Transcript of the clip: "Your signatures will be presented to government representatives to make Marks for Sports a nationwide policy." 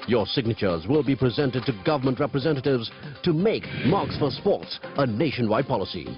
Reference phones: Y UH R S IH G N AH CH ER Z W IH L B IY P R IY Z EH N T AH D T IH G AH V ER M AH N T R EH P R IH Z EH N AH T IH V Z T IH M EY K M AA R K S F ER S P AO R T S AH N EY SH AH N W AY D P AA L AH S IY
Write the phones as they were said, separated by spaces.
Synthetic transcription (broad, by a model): Y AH R S IH G N AH CH ER Z W IH L B IY P R IY Z EH N T AH D T IH G AH V ER M AH N T R EH P R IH Z EH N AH T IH V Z T IH M EY K M AA R K S F ER S P AO R T S AH N EY SH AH N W AY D P AA L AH S IY